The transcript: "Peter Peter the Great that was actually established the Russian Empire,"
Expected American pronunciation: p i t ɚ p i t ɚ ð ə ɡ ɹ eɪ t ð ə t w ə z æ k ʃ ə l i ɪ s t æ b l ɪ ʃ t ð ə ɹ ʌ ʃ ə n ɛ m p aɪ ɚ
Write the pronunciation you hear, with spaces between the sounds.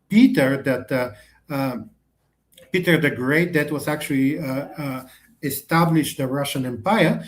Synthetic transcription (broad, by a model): p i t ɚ p i t ɚ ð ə ɡ ɹ eɪ t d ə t w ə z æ k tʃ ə l i ɪ s t æ b l ɪ ʃ t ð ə ɹ ʌ ʃ ə n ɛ m p aɪ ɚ